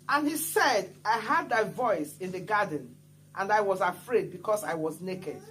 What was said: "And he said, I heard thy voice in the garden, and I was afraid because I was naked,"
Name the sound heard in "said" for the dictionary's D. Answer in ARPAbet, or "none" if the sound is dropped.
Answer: D